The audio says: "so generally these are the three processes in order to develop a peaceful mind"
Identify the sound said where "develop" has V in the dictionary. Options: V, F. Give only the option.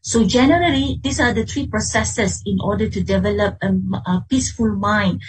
V